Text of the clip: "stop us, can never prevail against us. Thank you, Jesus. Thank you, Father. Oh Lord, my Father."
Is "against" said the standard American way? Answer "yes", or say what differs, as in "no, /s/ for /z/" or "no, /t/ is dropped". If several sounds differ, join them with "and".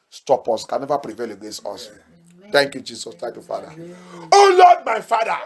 no, /n/ is dropped and /t/ is dropped